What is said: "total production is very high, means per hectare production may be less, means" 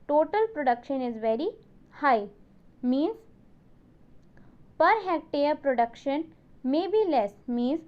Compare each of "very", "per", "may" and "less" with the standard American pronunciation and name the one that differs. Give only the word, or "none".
none